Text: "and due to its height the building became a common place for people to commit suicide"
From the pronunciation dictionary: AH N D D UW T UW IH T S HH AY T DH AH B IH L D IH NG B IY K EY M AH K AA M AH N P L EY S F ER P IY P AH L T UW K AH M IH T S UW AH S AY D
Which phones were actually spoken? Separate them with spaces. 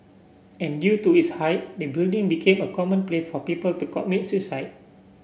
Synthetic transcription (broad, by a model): AH N D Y UW T UW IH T S HH AY T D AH B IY L D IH NG B IY K EY M AH K AA M AH N P L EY F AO P IY P AH L T UW K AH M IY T S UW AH S AY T